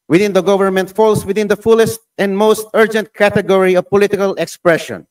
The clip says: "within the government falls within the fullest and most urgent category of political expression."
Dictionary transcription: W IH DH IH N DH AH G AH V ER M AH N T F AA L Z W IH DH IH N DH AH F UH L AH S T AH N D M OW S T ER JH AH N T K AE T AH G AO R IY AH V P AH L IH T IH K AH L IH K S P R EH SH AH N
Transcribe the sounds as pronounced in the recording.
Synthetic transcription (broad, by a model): W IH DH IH N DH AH G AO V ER M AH N T F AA L S W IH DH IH N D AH F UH L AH S T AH N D M OW S T ER JH AH N T K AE T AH G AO R IY AH V P AH L IH T IH K AH L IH K S P R EH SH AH N